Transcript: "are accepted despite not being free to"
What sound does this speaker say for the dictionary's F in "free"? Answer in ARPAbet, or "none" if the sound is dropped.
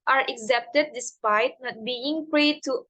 P